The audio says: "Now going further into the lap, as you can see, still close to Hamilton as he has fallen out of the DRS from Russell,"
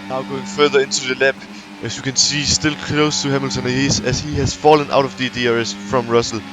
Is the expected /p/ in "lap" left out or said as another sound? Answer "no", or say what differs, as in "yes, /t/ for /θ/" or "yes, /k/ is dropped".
yes, /b/ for /p/